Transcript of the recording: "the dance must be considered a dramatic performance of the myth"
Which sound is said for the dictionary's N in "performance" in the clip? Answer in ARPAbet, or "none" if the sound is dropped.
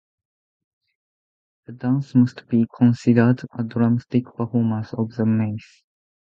none